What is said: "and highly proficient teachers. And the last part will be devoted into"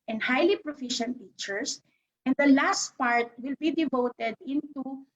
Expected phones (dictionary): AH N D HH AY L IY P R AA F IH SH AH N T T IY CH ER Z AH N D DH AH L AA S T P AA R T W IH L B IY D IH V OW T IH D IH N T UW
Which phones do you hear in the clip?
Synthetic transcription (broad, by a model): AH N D HH AY L IY P R AA F IH SH AH N T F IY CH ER S AH N D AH L AA S T P AA R T W IH L B IY D IH V OW T IH D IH N T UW